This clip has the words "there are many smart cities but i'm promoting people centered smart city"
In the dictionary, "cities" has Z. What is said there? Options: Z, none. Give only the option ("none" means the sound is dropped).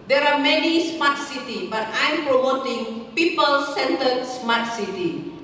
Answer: none